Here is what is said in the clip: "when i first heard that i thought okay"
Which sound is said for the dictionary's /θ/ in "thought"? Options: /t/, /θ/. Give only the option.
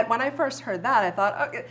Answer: /θ/